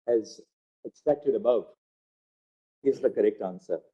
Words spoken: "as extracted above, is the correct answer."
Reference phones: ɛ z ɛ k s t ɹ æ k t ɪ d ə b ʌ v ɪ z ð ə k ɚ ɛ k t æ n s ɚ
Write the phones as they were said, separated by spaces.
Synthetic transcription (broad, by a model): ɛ z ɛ k s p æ k t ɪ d ə b ʌ v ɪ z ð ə k ɚ ɛ k t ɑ n s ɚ